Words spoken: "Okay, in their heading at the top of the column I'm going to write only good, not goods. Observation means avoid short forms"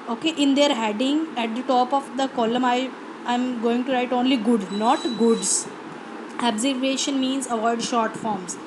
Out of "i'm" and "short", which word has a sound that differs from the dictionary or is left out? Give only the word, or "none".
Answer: none